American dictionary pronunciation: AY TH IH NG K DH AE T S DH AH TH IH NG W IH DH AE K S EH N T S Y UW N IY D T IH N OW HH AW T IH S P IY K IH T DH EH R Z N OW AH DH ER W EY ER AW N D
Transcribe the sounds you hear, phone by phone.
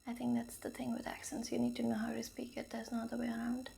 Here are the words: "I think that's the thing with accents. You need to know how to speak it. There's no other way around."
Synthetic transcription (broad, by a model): AY TH IH NG K DH AE T S DH AH TH IH NG W IH DH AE K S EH N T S Y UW N IY D T IH N OW HH AW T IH S P IY K IH T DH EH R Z N OW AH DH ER W EY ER AW N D